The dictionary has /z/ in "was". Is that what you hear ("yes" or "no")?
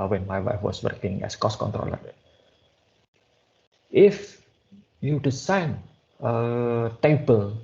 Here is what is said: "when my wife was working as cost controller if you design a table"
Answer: no